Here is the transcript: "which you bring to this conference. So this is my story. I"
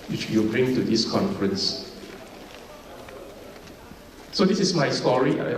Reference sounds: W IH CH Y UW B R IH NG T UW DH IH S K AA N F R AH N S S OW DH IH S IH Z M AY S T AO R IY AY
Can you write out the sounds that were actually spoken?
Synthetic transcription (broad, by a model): W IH CH Y UW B R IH NG T UW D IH S K AA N F R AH N S S OW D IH S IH S M AY S T AO R IY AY